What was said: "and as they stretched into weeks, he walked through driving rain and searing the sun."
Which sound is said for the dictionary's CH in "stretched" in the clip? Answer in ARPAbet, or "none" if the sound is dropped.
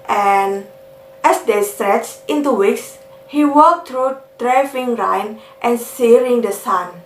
CH